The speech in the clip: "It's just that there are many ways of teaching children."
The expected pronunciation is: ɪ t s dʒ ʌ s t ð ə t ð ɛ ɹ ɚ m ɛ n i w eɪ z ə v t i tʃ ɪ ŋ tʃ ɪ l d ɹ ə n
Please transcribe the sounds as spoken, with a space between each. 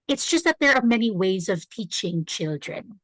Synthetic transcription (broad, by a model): ɪ t s dʒ ʌ s t ð ə t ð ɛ ɹ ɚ m ɛ n i w eɪ z ə v t i tʃ ɪ ŋ tʃ ɪ l d ɹ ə n